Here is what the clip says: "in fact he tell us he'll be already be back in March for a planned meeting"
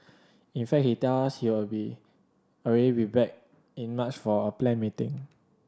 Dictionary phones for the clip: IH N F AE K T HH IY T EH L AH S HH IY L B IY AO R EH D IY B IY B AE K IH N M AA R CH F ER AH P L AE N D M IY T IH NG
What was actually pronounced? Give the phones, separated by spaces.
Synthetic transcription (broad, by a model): IH N F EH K HH IY T EH L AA S HH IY W B IY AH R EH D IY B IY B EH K IH N M AA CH F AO AH P L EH N M IY T IH NG